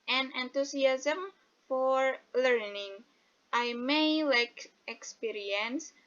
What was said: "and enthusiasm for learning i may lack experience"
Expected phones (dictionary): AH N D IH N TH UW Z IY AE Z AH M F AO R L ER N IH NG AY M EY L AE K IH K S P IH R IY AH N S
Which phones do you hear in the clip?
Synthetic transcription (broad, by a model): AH N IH N T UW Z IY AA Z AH M F AO R L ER N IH NG AY M EY L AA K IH K S P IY R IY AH N S